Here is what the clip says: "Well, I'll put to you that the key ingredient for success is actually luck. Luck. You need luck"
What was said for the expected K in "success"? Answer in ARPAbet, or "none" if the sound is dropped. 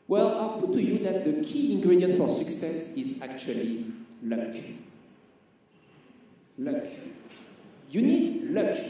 K